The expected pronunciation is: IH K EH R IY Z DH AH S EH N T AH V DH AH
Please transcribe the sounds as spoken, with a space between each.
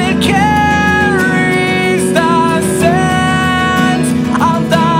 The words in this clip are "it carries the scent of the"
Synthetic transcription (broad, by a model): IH K EH R IY Z DH AH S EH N AH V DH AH